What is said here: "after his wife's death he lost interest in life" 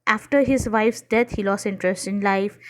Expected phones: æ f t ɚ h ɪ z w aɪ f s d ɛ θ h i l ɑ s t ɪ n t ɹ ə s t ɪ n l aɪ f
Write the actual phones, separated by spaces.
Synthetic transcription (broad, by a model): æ f t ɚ h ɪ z w aɪ f s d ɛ t h i l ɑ s ɪ n t ɹ ə s t ɪ n l aɪ f